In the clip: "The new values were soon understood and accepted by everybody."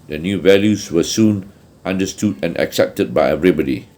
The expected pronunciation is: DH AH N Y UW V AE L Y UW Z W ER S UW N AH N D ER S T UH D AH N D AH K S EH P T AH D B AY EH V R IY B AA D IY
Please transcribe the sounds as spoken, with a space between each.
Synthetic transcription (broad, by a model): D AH N Y UW V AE L Y UW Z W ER S UW N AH N D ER S T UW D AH N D AH K S EH P T AH D B AY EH V R IY B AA D IY